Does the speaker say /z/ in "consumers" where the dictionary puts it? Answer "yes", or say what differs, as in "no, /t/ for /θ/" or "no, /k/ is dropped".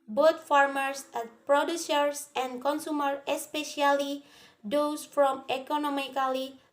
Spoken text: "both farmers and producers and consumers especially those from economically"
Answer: no, /z/ is dropped